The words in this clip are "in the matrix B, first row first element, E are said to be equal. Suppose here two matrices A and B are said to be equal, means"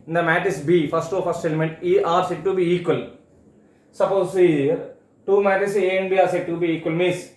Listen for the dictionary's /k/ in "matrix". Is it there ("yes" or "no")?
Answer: no